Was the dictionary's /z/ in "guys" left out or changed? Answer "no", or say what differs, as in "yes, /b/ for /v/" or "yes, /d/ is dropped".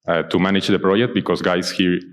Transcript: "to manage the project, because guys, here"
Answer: yes, /s/ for /z/